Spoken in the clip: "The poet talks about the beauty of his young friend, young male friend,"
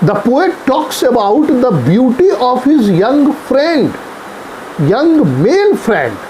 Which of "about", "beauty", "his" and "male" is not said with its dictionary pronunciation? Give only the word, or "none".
male